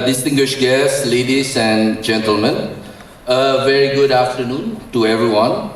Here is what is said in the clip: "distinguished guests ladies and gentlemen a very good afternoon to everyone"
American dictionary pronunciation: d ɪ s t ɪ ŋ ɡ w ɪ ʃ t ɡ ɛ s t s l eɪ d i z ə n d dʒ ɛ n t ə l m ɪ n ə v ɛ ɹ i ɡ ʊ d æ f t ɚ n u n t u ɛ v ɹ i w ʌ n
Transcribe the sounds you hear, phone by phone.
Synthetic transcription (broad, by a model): d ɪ s t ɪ ŋ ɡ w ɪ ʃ ɡ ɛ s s l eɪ d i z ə n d dʒ ɛ n t ə l m ɪ n ə v ɛ ɹ i ɡ ʊ d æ f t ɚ n u n t u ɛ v ɹ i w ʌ n